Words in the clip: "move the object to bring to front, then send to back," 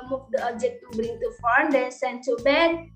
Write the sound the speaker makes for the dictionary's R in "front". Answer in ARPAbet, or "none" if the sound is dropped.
none